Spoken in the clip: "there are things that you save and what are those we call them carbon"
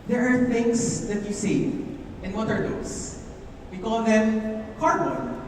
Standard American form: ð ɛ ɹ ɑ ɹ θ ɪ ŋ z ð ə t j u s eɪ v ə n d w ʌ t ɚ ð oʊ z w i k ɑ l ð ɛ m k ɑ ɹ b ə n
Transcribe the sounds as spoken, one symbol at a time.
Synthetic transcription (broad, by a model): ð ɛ ɹ ɑ ɹ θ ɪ ŋ s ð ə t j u s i ə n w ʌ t ɚ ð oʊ s w i k ɑ l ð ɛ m k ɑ ɹ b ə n